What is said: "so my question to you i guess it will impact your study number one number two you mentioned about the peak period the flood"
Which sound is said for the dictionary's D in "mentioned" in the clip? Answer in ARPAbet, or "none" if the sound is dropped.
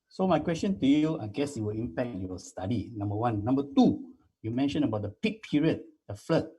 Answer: none